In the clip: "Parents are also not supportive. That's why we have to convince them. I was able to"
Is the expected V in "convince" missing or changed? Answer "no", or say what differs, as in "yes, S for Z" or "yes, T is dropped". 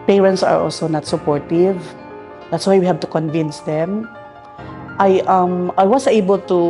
no